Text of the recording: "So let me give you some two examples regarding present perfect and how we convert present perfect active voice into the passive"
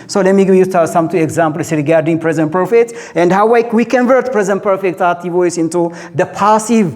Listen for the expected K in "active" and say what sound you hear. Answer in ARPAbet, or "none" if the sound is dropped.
none